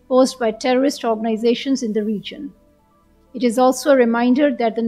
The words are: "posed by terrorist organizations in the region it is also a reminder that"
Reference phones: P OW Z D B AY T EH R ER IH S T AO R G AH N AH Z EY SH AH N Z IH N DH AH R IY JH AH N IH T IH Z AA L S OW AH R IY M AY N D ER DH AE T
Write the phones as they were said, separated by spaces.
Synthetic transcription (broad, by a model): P OW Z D B AY T EH R ER IH S T AO R G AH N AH Z EY SH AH N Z IH N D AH R IY JH AH N IH T IH Z AA L S OW AH R IY M AY N D ER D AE T